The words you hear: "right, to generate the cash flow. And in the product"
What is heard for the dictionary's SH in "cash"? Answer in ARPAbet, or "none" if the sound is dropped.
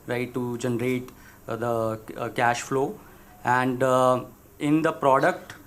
SH